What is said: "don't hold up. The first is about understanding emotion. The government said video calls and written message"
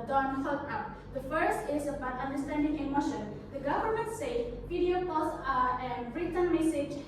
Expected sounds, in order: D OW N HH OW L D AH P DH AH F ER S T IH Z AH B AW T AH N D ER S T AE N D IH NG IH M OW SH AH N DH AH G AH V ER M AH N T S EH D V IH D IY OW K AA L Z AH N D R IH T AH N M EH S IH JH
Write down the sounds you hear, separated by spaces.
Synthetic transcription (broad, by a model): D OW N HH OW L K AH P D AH F ER S T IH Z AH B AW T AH N D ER S T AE N D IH NG IH M OW SH AH N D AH G AH V ER M AH N T S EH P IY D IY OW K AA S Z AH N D R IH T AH N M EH S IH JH